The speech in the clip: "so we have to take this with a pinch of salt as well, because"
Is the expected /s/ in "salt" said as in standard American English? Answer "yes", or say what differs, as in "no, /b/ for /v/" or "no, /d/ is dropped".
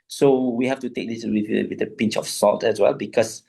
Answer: yes